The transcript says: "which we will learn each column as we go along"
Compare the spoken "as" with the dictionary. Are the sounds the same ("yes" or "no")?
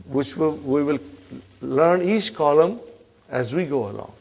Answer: yes